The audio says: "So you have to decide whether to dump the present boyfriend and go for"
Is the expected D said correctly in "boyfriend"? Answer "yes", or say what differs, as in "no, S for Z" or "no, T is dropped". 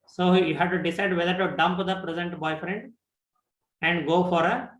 yes